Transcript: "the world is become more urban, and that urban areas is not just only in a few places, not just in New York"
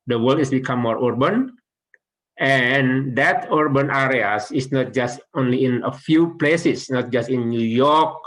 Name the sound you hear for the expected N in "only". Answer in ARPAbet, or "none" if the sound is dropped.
N